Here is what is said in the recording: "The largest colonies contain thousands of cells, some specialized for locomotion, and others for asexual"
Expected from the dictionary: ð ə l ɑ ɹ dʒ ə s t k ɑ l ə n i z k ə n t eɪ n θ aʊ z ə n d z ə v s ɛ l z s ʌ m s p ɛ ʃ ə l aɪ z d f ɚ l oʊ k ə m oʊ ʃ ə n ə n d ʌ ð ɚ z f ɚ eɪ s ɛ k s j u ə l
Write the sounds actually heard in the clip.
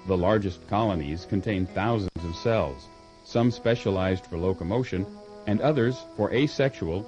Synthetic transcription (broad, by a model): ð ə l ɑ ɹ dʒ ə s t k ɑ l ə n i z k ə n t eɪ n θ aʊ z ə n d z ə v s ɛ l z s ʌ m s p ɛ ʃ ə l aɪ z d f ɚ l oʊ k ə m oʊ ʃ ə n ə n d ʌ ð ɚ z f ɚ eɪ s ɛ k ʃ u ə l